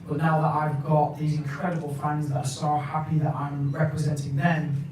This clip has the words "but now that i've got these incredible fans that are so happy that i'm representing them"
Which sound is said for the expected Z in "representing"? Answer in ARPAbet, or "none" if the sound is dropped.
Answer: Z